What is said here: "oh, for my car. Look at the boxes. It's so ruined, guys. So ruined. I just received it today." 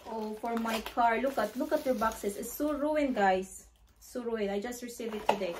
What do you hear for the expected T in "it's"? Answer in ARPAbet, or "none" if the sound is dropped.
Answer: S